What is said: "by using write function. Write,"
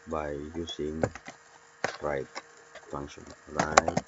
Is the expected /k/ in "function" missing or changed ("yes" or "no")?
yes